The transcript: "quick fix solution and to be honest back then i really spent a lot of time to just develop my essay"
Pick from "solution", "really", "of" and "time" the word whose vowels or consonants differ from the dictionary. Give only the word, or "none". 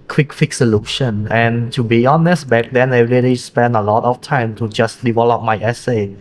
of